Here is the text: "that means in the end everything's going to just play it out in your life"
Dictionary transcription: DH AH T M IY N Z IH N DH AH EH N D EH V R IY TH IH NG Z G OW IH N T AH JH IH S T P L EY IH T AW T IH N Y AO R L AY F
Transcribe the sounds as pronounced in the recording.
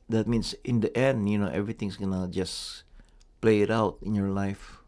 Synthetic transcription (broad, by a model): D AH T M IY N S IH N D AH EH N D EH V R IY T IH NG S G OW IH N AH JH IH S P L EY IH T AW T IH N Y AO R L AY F